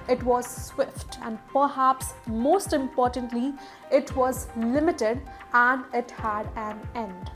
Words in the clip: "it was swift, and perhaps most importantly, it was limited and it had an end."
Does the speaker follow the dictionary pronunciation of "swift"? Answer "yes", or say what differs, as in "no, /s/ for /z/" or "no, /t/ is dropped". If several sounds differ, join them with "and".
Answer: yes